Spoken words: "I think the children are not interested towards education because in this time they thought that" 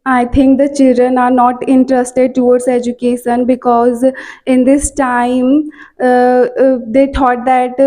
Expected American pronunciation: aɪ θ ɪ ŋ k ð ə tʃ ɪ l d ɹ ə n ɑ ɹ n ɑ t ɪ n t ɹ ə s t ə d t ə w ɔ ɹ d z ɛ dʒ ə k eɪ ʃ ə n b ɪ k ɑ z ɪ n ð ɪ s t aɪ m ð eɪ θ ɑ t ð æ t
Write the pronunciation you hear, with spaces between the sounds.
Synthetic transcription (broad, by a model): aɪ t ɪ ŋ k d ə tʃ ɪ l d ɹ ə n ɑ ɹ n ɑ t ɪ n t ɹ ə s t ə d t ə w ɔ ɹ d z ɛ dʒ ə k eɪ ʃ ə n b ɪ k ɑ z ɪ n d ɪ s t aɪ m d eɪ t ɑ t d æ t